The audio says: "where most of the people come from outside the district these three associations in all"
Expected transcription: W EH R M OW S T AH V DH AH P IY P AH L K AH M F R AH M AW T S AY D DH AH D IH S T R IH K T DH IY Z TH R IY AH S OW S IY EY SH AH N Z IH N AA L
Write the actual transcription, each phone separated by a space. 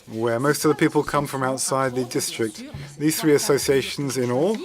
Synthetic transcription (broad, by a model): W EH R M OW S T AH V DH AH P IY P AH L K AH M F R AH M AW T S AY D DH AH D IH S T R IH K T DH IY Z TH R IY AH S OW S IY EY SH AH N Z IH N AA L